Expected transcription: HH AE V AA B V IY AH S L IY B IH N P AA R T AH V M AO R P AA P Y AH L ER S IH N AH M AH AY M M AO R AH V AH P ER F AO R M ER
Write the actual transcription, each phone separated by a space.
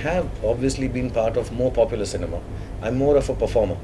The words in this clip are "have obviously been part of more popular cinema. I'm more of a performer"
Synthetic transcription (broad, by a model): HH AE V AA B V IY AH S L IY B IH N P AA R T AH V M AO R P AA P Y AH L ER S IH N AH M AH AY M M AO R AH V AH P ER F AO R M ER